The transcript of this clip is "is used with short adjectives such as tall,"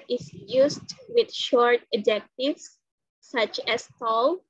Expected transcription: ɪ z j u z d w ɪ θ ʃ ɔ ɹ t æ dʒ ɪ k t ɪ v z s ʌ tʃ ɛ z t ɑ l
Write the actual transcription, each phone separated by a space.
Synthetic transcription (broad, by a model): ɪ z j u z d w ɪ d ʃ ɔ ɹ t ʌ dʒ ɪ k t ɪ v s ʌ tʃ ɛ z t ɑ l